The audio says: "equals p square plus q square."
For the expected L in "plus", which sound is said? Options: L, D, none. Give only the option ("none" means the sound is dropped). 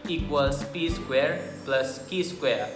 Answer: L